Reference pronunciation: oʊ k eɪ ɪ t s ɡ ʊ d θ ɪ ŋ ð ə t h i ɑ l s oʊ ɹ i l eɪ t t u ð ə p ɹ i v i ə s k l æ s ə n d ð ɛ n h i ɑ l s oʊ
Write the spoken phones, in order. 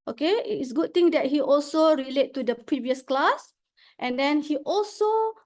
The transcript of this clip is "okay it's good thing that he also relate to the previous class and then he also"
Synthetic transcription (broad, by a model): oʊ k eɪ ɪ t s ɡ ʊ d t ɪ ŋ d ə t h i ɑ l s oʊ ɹ i l eɪ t t u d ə p ɹ i v i ə s k l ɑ s ə n d ɛ n h i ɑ l s oʊ